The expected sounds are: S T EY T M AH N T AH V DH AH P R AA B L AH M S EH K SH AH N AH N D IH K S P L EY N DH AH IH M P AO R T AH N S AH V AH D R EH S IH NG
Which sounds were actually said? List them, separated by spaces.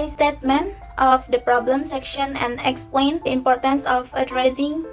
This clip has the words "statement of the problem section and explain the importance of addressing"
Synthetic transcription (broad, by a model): S T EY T M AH N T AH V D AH P R AA B L AH M S EH K SH AH N AH N D IH K S P L EY N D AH IH M P AO R T AH N S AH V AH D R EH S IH NG